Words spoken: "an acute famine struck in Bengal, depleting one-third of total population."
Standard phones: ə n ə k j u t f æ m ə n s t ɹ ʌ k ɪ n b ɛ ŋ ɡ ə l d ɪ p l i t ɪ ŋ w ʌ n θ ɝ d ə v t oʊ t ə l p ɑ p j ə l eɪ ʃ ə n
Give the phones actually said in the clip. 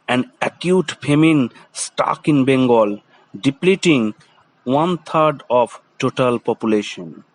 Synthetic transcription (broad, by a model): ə n ə k j u t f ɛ m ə n s t ɑ k ɪ n b ɛ ŋ ɡ ə l d ɪ p l i t ɪ ŋ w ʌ n t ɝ d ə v t oʊ t ə l p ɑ p j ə l eɪ ʃ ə n